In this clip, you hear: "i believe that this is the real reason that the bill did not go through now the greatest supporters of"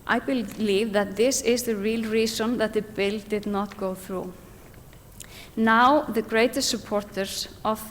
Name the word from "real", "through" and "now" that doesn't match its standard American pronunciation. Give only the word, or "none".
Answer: none